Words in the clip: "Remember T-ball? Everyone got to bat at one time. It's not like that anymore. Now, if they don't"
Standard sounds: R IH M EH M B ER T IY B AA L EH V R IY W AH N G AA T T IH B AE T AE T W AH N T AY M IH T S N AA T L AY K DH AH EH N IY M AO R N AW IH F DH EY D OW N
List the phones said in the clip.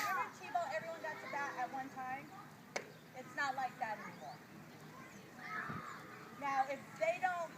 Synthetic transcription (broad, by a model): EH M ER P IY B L EH V R IY W AH N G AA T S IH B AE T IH T W AH N T AY M IH T S N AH T L AY K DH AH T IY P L N AW IH F DH EY D OW N